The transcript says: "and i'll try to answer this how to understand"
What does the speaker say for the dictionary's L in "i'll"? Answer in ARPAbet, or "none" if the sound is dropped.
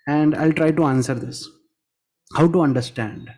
L